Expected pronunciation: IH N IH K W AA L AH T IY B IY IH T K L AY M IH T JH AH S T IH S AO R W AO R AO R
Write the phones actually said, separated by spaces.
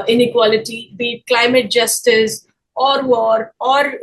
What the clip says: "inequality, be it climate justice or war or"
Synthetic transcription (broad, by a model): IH N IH K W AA L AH T IY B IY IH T K L AY M IH T JH AH S T IH S AO R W AO R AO R